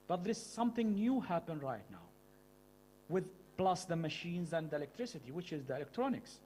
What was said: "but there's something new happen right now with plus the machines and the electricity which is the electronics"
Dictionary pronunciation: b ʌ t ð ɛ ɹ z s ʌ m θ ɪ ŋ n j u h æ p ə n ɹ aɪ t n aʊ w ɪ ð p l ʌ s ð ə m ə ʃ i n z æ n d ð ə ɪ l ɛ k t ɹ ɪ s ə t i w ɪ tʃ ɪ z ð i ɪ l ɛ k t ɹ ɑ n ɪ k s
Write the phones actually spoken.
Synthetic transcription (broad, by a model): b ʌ t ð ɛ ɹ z s ʌ m θ ɪ ŋ n j u h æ p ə n ɹ aɪ t n aʊ w ɪ ð p l ʌ s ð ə m ə ʃ i n z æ n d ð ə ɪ l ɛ k t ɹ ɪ s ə t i w ɪ tʃ ɪ z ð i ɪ l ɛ k t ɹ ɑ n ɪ k s